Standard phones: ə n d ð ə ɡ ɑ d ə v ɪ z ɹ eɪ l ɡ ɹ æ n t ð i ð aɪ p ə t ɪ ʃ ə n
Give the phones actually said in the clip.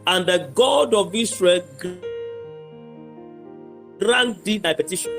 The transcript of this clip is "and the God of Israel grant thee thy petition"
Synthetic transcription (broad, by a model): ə n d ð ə ɡ ɑ d ə v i s ɹ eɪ l ɡ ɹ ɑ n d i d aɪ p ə t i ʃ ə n